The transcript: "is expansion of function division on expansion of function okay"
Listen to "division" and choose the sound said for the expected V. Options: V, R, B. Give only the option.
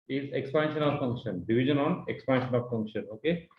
B